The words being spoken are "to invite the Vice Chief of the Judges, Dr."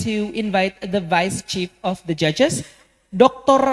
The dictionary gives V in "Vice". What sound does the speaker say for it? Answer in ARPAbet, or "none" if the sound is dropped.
V